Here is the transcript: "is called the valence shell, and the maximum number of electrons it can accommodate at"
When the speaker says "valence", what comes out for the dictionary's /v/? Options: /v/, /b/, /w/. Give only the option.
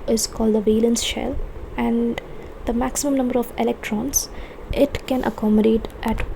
/v/